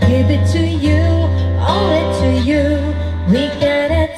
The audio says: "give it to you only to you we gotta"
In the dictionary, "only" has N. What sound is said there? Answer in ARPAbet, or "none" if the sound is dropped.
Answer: none